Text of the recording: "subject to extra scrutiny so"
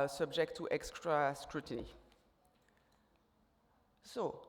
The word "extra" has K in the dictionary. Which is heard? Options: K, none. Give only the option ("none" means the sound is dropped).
K